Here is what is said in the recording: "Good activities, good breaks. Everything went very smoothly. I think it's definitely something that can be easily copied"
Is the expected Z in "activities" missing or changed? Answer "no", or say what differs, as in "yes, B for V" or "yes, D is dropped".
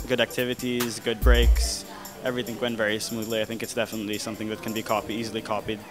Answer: no